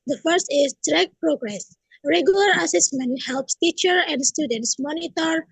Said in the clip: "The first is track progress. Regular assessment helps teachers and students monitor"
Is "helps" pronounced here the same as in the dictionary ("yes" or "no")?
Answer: yes